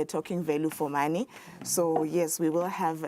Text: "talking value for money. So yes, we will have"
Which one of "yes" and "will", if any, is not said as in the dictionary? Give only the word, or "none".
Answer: none